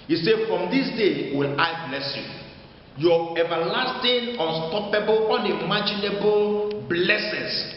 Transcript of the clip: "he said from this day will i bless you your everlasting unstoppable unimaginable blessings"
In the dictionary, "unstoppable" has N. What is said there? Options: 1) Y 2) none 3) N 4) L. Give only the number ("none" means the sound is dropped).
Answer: 3